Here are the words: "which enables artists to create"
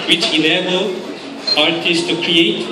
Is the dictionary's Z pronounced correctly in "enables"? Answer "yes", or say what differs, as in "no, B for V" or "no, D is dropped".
no, Z is dropped